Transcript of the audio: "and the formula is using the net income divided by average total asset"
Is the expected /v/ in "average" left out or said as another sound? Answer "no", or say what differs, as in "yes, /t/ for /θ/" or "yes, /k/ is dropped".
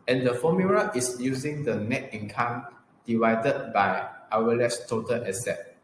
yes, /w/ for /v/